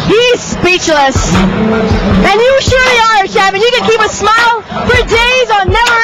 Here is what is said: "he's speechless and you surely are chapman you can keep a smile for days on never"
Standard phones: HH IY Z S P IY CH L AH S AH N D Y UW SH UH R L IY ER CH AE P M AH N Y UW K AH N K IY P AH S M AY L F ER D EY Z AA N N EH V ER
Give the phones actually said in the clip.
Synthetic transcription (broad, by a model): HH IY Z S P IY CH L AH S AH N Y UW SH UH R L IY ER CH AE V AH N Y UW K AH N K IY P AH S M AY L F ER D EY Z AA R N EH V ER